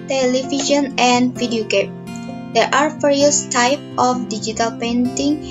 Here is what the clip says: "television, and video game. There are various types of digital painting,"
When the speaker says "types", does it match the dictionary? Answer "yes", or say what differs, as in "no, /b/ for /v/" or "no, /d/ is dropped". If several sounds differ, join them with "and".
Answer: no, /s/ is dropped